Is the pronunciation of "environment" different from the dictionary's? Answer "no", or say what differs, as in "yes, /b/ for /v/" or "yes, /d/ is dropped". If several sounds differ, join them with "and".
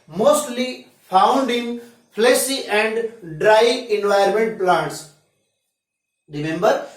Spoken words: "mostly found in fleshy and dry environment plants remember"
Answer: yes, /ɹ/ is dropped